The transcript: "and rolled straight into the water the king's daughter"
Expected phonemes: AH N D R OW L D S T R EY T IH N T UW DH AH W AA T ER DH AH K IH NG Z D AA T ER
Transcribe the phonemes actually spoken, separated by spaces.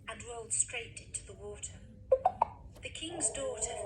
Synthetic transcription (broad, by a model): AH N R OW L D S T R EY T IH N T UW DH AH W AA T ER DH AH K IH NG Z D AA T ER